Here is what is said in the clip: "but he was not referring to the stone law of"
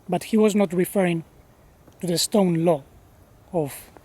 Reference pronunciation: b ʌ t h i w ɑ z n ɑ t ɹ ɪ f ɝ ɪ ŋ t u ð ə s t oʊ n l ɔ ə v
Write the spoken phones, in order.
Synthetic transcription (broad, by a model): b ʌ t h i w ɑ z n ɑ t ɹ ɪ f ɝ ɪ ŋ t u ð ə s t oʊ n l ɔ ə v